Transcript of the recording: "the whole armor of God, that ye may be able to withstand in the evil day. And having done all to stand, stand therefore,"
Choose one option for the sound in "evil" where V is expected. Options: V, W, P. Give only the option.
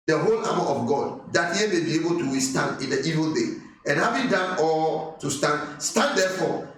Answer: V